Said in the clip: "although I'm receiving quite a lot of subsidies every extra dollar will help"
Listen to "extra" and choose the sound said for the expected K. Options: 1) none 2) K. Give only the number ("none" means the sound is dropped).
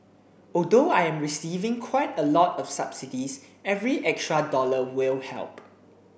2